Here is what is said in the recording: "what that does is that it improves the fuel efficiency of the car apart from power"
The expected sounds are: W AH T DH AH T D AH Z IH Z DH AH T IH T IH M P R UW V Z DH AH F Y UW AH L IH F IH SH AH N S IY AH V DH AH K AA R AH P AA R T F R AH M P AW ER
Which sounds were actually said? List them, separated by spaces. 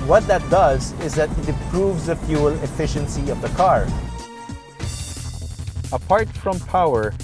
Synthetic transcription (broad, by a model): W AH T DH AH T D AH Z IH Z DH AH T IH T IH M P R UW V Z DH AH F Y UW AH L IH F IH SH AH N S IY AH V DH AH K AA R AH P AA R T F R AH M P AW ER